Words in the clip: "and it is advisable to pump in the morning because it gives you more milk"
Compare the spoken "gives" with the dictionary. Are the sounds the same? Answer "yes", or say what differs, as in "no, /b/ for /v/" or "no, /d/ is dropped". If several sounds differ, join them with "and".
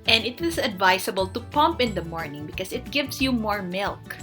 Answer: no, /s/ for /z/